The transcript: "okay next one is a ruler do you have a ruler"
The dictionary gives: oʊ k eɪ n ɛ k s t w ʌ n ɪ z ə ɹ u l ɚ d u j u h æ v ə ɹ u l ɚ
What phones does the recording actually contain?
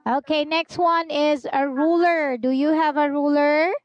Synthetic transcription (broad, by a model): oʊ k eɪ n ɛ k s t w ʌ n ɪ z ə ɹ u l ɚ d u j u h æ v ə ɹ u l ɚ